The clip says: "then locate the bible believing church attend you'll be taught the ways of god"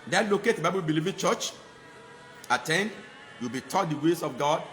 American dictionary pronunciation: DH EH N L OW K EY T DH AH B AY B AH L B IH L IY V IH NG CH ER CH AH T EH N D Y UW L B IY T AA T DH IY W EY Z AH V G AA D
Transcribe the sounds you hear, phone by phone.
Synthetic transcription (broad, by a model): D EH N L OW K EY T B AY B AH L B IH L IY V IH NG CH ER CH AH T EH N D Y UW W B IY T AA T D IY W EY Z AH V G AA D